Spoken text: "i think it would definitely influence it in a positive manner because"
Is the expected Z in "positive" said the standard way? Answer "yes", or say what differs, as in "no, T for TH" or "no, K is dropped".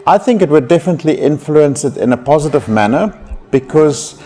yes